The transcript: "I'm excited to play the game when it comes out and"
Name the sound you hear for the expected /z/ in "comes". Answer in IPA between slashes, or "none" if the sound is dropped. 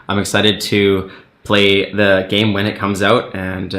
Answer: /z/